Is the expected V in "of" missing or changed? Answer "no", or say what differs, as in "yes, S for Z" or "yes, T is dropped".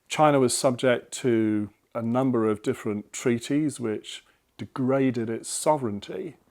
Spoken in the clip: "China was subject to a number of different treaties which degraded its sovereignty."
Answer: no